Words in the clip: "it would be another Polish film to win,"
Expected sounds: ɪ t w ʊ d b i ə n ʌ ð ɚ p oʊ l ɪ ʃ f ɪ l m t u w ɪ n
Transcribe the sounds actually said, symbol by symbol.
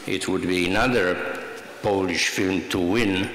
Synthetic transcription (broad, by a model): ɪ t w ʊ d b i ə n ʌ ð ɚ p oʊ l ɪ ʃ f ɪ l m t u w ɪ n